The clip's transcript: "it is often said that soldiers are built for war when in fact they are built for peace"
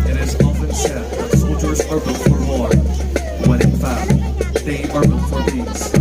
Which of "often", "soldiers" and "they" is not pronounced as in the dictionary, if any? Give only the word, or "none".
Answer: none